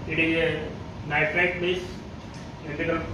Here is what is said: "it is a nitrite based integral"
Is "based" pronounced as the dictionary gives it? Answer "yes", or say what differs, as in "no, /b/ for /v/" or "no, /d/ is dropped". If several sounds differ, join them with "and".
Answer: no, /t/ is dropped